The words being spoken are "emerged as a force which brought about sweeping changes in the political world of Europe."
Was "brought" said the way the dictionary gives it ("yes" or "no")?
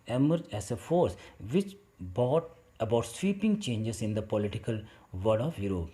no